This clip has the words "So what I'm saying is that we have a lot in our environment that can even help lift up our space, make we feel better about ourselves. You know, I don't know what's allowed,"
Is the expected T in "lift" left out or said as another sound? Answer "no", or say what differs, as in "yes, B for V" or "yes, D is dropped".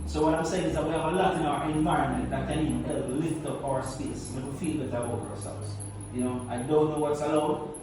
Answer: no